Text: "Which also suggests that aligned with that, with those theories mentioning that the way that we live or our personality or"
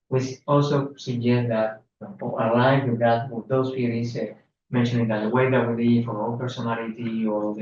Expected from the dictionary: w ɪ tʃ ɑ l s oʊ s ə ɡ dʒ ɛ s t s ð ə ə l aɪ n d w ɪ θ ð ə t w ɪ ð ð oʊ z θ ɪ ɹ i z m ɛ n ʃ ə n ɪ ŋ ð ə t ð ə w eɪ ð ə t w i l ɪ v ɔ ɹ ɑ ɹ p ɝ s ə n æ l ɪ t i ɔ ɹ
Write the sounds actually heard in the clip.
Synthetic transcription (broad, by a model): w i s ɑ l s oʊ s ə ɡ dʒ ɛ s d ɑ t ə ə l aɪ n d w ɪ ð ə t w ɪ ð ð oʊ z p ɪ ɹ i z m ɛ n ʃ ə n ɪ ŋ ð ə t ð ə w eɪ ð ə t w i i f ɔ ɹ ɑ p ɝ s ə n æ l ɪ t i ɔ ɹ